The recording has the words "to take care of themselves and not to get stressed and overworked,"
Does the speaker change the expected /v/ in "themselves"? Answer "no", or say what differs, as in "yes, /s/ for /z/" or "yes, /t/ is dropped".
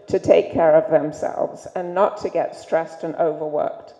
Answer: no